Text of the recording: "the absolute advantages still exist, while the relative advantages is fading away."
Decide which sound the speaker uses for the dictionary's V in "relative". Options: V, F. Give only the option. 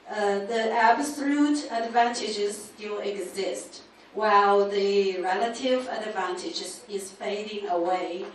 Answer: V